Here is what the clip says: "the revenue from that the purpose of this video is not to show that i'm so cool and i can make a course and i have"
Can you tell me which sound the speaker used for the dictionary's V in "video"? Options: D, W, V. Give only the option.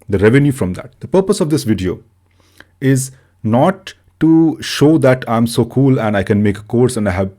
V